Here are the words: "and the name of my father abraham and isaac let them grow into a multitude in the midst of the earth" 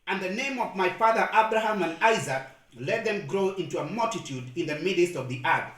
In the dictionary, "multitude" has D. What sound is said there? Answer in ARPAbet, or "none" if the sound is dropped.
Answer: D